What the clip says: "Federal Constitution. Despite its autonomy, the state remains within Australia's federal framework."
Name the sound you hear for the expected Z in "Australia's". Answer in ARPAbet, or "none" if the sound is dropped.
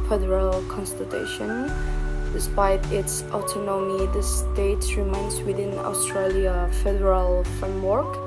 none